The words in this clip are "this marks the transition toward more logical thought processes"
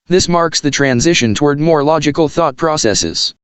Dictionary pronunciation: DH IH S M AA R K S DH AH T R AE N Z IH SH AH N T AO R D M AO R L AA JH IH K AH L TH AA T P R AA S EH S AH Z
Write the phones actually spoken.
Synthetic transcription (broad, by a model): DH IH S M AA R K S DH AH T R AE N Z IH SH AH N T AO R D M AO R L AA JH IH K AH L TH AA T P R AA S EH S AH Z